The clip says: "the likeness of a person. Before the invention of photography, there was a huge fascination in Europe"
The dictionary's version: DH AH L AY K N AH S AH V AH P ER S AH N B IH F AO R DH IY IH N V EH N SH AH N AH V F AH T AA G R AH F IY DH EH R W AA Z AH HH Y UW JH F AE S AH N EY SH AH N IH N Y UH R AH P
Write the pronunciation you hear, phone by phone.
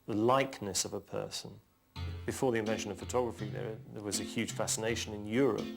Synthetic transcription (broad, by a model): DH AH L AY K N AH S AH V AH P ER S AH N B IH F AO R DH IY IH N V EH N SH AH N AH V F AH T AA G R AH F IY DH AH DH W AA Z AH HH Y UW JH F AE S AH N EY SH AH N IH N Y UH R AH P